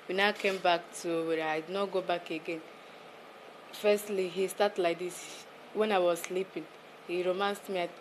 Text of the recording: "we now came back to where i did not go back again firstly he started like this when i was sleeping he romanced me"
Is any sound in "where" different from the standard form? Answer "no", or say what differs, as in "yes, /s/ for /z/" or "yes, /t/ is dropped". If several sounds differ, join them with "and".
yes, /w/ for /ɹ/